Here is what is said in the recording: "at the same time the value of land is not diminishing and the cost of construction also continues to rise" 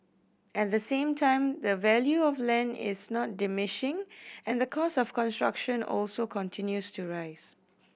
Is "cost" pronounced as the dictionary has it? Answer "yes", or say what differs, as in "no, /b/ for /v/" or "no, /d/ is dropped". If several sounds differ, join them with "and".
no, /t/ is dropped